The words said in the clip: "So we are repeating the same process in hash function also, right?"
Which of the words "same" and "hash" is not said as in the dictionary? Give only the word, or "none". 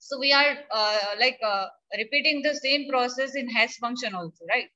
hash